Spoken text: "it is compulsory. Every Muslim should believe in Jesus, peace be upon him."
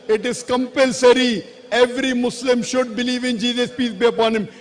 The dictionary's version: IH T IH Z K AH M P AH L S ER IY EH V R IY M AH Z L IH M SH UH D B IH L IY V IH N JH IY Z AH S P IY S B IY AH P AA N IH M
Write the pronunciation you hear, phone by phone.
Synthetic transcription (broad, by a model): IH T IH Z K AH M P AH L S ER IY EH V R IY M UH S L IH M SH UH D B IH L IY V IH N JH IY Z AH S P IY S B IY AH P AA N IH M